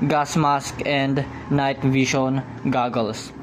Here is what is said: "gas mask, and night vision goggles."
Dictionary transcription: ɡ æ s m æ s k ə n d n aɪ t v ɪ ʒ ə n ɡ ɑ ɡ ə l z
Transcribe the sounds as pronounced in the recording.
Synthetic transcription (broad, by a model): ɡ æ s m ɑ s k ə n d n aɪ t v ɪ ʃ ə n ɡ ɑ ɡ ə l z